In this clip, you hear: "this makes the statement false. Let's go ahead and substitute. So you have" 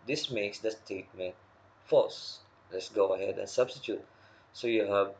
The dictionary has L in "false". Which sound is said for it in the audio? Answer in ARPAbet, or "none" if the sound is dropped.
none